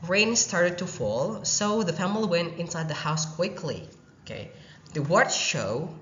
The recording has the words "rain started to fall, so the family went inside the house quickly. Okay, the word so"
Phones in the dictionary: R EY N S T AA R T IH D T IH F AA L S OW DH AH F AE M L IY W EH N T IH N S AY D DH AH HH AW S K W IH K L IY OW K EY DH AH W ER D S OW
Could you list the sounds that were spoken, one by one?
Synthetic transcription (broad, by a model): R EY N S T AA R T IH D T IH F AA L S OW DH AH F AE M L IY W EH N T IH N S AY D DH AH HH AW S K W IH K L IY OW K EY DH AH W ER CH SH OW